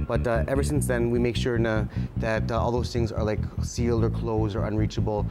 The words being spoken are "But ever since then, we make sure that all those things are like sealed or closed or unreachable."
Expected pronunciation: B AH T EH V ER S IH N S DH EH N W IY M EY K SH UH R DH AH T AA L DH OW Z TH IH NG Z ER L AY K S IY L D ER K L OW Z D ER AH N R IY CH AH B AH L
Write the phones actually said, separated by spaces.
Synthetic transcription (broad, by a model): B AH T EH V ER S IH N S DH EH N W IY M EY K SH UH R DH AH T AA L DH OW Z TH IH NG Z ER L AY K S IY L D ER K L OW Z D ER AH N R IY CH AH B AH L